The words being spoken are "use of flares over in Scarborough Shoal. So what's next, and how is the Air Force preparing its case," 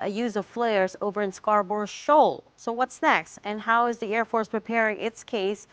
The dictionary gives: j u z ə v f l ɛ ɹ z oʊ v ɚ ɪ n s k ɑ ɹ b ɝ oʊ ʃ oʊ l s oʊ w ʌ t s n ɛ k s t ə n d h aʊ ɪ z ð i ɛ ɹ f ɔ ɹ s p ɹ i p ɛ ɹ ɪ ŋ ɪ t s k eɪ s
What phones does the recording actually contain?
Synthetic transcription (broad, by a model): j u z ə v f l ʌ ɹ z oʊ v ɚ ɪ n s k ɑ ɹ b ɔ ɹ ʃ oʊ l s oʊ w ʌ t s n ɛ k s t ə n h aʊ ɪ z ð i ɛ ɹ f ɔ ɹ s p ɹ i p ɛ ɹ ɪ ŋ ɪ t s k eɪ s